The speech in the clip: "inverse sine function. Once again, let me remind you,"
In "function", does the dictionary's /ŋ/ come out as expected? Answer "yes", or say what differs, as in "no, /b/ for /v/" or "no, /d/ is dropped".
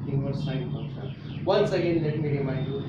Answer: no, /ŋ/ is dropped